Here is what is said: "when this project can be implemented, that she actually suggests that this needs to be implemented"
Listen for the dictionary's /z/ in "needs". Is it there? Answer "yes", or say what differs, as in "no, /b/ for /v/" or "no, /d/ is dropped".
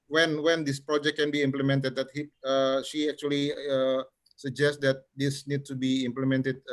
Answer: no, /z/ is dropped